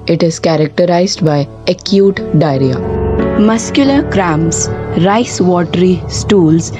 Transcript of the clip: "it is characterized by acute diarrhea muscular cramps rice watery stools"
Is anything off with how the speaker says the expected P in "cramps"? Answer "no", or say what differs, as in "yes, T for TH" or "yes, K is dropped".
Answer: yes, P is dropped